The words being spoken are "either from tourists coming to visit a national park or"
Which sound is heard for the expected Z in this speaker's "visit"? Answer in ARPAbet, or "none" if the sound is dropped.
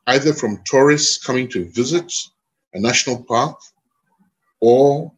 Z